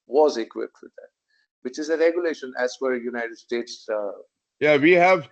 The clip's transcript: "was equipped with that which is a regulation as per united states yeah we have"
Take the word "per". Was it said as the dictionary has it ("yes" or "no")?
no